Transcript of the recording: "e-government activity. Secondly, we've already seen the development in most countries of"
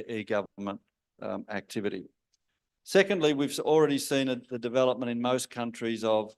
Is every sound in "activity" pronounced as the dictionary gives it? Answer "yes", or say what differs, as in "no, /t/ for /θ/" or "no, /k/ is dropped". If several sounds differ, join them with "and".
yes